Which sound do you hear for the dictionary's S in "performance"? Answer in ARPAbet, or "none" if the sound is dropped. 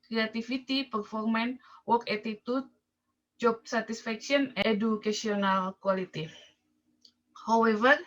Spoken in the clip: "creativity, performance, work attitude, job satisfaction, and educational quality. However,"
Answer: none